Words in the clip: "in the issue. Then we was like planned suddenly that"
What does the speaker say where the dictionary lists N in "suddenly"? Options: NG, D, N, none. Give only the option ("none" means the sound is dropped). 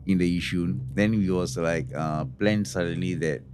N